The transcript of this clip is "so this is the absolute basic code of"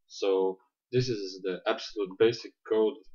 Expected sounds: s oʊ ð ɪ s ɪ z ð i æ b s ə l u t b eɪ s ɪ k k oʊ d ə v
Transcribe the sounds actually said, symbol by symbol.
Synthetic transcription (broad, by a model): s oʊ ð ɪ s ɪ z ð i æ b s ə l u t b eɪ s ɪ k k oʊ ə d